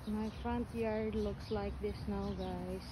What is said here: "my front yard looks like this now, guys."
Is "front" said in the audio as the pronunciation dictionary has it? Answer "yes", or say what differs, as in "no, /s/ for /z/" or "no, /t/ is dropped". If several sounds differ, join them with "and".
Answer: yes